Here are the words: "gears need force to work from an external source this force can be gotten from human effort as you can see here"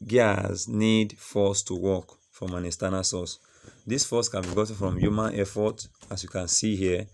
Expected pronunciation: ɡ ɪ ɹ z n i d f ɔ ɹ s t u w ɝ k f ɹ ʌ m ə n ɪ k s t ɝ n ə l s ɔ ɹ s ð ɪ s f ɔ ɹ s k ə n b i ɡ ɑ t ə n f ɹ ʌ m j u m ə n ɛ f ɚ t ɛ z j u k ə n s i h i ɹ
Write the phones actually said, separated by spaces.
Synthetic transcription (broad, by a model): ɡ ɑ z n i d f ɔ s t u w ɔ k f ɹ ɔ m ə n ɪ s t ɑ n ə s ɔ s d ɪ s f ɔ s k ə n b i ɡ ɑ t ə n f ɹ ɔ m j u m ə n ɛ f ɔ t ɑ s j u k ə n s i h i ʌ